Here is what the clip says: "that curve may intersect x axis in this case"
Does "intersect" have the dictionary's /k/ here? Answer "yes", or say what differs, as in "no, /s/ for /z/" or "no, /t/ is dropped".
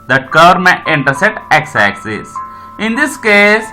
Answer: no, /k/ is dropped